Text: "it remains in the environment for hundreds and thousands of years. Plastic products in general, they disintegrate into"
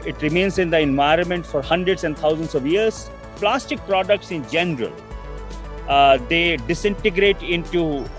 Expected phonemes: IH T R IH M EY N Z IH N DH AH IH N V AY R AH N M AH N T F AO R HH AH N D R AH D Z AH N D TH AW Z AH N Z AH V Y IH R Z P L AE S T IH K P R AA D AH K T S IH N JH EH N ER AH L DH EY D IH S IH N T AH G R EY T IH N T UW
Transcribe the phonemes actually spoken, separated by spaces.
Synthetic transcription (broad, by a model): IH T R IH M EY N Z IH N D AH IH N V AY R AH N M AH N T F AO R HH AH N D R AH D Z AH N D T AW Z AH N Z AH V Y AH R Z P L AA S T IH K P R AA D AH K T S IH N JH EH N ER AH L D EY D IH S IH N T AH G R EY T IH N T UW